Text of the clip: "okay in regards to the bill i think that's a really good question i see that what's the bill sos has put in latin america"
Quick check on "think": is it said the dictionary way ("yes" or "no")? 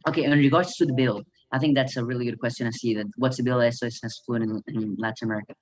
yes